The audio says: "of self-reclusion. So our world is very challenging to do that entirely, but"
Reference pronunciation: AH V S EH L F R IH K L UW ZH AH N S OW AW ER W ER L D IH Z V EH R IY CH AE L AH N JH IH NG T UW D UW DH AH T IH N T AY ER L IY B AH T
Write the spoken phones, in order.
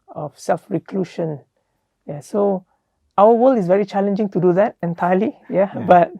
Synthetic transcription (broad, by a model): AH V S EH L F R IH K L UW SH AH N S OW AW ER W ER L IH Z V EH R IY CH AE L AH N JH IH NG T UW D UW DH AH T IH N T AY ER L IY B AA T